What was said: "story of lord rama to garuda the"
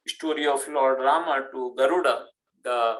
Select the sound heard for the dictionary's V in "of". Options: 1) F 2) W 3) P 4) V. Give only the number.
1